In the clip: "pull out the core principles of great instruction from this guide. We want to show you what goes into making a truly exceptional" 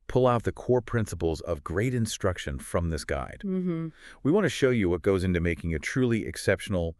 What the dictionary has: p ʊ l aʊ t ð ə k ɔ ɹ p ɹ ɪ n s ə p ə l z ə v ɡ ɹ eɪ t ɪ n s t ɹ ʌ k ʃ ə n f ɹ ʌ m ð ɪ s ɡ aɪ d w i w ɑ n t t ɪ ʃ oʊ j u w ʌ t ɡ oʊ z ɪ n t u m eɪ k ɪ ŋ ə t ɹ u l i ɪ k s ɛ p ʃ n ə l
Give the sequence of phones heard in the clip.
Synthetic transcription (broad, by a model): p ʊ l aʊ t ð ə k ɔ ɹ p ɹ ɪ n s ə p l z ə v ɡ ɹ eɪ t ɪ n s t ɹ ʌ k ʃ ə n f ɹ ʌ m ð ɪ s ɡ aɪ d w i w ɑ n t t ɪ ʃ oʊ j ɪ w ʌ t ɡ oʊ z ɪ n t u m eɪ k ɪ ŋ ə t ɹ u l i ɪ k s ɛ p ʃ n l